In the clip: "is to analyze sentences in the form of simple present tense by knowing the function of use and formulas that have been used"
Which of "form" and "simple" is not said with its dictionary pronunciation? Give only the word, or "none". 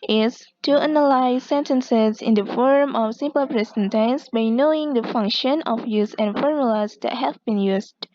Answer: none